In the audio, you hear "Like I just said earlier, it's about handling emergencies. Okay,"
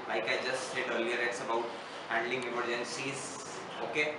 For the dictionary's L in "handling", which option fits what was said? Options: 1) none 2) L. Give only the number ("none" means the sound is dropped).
2